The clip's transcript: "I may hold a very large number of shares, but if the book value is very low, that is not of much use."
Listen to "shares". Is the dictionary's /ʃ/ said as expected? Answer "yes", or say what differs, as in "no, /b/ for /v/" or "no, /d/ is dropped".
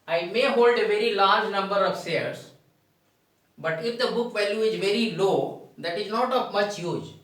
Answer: no, /s/ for /ʃ/